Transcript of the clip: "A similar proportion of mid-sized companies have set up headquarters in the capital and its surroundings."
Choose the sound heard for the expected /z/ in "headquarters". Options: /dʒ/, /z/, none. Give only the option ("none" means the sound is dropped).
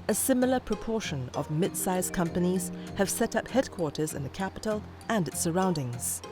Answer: /z/